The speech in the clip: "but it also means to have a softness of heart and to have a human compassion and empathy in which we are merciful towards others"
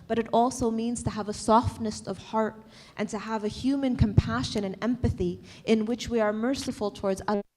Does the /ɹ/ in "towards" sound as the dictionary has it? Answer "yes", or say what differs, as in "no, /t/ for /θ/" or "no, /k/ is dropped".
yes